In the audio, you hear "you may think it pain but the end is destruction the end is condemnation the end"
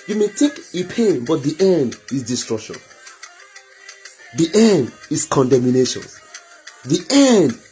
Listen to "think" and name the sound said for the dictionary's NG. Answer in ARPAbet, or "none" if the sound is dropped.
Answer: none